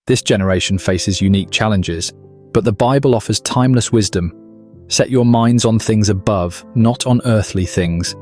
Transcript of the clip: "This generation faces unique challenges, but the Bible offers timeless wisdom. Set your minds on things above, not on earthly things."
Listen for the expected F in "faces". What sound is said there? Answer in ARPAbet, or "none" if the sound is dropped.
F